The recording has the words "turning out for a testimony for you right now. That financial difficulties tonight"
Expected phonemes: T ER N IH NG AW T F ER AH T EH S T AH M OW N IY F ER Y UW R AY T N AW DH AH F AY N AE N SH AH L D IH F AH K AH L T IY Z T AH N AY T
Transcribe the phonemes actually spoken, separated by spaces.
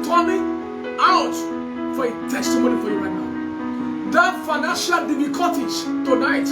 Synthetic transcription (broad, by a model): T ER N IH AW T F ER AH T EH S T AH M OW N IY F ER Y UW R AY T N AW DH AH F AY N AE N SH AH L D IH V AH K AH T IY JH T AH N AY T